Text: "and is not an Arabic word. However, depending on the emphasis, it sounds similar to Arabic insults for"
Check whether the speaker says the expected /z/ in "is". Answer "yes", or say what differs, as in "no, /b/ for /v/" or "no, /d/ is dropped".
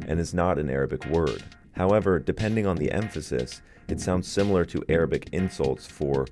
yes